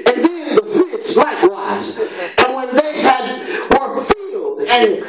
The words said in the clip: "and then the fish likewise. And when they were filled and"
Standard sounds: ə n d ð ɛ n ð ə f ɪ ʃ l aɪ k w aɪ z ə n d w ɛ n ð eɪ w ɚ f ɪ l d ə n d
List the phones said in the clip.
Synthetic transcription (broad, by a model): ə n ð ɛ n ð ə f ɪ s l aɪ k w aɪ z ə n w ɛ n ð eɪ w ɚ f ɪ l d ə n